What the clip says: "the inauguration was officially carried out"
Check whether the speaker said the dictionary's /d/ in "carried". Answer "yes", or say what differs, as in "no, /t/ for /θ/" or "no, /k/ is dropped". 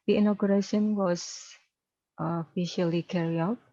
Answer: no, /d/ is dropped